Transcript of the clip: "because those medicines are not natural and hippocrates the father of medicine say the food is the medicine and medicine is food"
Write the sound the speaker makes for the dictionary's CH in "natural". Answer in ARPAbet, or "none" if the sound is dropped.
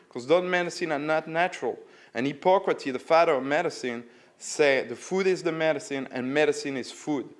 CH